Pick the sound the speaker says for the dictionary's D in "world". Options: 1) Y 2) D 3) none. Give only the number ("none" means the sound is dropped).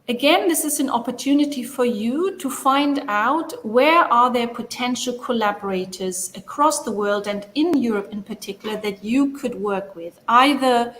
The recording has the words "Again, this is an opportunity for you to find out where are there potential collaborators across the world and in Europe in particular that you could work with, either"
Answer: 2